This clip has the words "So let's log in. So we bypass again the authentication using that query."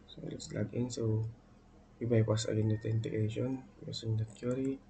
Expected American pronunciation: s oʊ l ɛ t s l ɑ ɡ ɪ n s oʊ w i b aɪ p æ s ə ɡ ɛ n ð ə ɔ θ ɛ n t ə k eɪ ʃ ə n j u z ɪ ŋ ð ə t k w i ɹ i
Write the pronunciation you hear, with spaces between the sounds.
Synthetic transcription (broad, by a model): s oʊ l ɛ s l ɑ ɡ ɪ n s oʊ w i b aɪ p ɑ s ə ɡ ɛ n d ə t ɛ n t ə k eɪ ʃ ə n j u s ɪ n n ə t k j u ɹ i